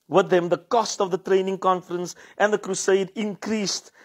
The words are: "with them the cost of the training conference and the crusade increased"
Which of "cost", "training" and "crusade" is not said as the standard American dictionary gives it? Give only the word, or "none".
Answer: none